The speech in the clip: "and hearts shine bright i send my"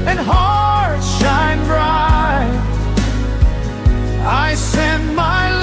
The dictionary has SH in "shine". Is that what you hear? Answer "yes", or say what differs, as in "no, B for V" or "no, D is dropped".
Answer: yes